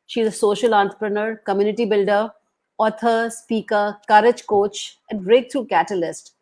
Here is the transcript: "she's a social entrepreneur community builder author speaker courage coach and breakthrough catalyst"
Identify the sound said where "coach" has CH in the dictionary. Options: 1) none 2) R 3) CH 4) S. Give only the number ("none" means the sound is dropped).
3